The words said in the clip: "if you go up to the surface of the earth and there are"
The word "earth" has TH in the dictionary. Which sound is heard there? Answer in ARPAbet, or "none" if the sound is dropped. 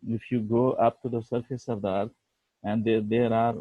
T